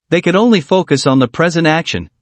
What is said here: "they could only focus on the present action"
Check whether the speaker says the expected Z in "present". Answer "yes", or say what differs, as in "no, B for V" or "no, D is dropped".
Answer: yes